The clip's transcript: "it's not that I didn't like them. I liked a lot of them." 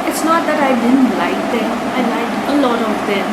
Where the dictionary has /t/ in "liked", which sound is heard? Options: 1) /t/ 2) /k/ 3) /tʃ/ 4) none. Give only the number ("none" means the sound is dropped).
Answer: 4